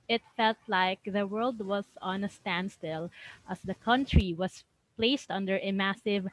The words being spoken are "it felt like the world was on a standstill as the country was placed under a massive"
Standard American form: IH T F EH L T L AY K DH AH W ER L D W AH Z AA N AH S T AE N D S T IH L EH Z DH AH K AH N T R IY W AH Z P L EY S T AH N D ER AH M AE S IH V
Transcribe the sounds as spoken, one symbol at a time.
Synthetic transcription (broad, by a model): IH T F EH L T L AY K DH AH W ER L D W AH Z AA N AH S T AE N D S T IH L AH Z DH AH K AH N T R IY W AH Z P L EY S T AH N D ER AH M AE S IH V